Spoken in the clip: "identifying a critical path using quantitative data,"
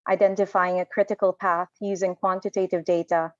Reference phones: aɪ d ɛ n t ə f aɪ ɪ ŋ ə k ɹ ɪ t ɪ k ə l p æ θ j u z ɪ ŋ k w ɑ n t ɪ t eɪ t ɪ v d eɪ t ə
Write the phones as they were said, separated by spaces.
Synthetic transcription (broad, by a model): aɪ d ɛ n t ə f aɪ ɪ ŋ ə k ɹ ɪ t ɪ k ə l p æ θ j u z ɪ ŋ k w ɑ n t ɪ t eɪ t ɪ v d eɪ t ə